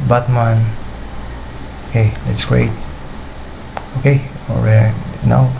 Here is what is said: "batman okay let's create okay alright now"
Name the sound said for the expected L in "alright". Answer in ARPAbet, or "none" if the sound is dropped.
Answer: none